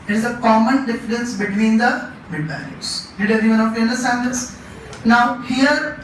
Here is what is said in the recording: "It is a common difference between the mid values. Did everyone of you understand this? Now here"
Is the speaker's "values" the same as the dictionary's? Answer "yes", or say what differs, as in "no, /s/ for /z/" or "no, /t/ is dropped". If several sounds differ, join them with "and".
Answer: no, /b/ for /v/